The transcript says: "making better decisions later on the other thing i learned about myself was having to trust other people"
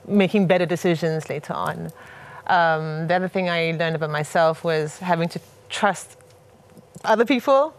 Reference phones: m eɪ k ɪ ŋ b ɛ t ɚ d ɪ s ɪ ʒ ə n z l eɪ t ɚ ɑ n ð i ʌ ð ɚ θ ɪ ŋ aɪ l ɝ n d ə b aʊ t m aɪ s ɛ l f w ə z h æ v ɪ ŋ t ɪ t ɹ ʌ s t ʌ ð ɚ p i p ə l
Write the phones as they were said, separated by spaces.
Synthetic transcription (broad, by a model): m eɪ k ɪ ŋ b ɛ t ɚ d ɪ s ɪ ʒ ə n z l eɪ t ɚ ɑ n ð i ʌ ð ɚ θ ɪ ŋ aɪ l ɝ n d ə b aʊ t m aɪ s ɛ l f w ə z h æ v ɪ ŋ t ɪ t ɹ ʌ s t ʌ ð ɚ p i p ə l